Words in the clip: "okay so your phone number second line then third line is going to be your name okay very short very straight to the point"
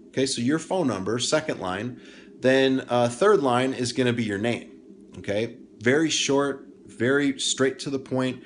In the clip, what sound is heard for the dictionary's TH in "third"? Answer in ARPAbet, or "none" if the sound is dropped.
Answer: TH